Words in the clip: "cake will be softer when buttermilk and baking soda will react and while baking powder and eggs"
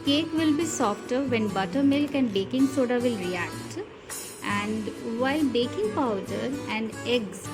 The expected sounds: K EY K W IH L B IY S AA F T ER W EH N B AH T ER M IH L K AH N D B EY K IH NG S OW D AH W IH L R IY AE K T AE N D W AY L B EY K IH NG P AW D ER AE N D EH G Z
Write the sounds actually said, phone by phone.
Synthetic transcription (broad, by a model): K EY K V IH L B IY S AA F T ER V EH N B AH T ER M IH L K AH N D B EY K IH NG S OW D AH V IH L R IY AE K T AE N D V AY L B EY K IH NG P AW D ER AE N D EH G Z